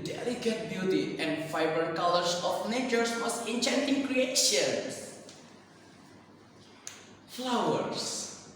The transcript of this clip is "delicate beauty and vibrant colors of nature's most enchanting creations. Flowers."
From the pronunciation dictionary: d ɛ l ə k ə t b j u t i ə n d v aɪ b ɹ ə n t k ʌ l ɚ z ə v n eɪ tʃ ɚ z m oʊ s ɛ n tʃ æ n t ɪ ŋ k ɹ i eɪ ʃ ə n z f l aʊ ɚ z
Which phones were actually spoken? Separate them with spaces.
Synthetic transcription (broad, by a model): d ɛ l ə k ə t b j u t i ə n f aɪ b ə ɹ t k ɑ l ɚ s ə f n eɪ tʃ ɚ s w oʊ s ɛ n tʃ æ n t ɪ ŋ k ɹ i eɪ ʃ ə n s f l aʊ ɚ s